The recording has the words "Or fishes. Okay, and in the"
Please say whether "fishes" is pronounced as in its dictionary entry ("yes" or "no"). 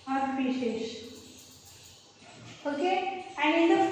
no